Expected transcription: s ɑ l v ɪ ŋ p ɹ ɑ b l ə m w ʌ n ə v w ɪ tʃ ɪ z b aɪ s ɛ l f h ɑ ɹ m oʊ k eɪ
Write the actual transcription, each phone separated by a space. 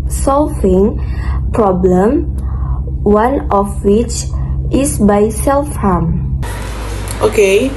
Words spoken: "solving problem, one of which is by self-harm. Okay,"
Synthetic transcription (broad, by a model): s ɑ l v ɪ ŋ p ɹ ɑ b l ə m w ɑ n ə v w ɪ tʃ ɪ s b aɪ s ɛ l f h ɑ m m oʊ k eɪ